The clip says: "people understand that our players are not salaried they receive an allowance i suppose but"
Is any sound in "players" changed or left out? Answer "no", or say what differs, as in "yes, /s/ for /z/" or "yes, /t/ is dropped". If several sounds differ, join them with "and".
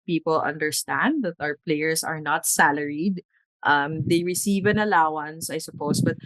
yes, /s/ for /z/